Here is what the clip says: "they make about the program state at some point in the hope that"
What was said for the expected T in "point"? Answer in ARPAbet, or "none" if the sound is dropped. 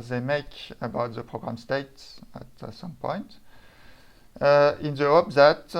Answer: T